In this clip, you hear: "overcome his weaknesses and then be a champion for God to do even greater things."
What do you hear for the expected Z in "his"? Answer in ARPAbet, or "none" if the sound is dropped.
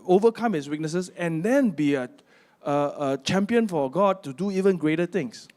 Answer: S